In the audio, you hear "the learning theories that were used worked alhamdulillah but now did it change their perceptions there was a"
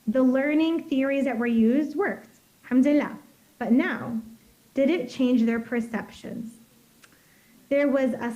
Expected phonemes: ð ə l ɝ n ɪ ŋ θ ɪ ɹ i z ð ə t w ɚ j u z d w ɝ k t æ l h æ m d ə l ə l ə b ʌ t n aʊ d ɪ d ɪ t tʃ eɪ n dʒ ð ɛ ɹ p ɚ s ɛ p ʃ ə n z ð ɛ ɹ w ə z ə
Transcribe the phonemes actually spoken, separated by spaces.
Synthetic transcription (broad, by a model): ð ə l ɝ n ɪ ŋ θ ɪ ɹ i z ð ə t w ɚ j u z d w ɝ k t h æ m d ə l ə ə b ʌ t n aʊ d ɪ d ɪ t tʃ eɪ n dʒ ð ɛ ɹ p ɚ s ɛ p ʃ ə n z ð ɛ ɹ w ə z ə